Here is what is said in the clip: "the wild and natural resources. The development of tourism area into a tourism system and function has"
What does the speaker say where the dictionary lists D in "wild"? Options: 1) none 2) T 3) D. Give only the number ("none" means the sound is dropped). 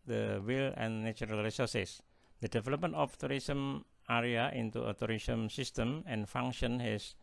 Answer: 1